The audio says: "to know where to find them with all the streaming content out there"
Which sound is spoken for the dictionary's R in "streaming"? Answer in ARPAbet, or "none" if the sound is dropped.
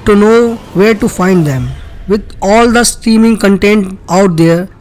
none